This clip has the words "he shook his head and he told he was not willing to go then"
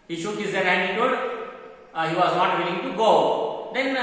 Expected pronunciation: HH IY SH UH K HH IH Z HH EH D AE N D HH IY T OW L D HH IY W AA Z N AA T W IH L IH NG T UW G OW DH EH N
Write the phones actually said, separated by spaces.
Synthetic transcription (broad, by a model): HH IY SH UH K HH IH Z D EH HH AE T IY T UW D HH IY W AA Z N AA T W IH L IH NG T UW G OW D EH N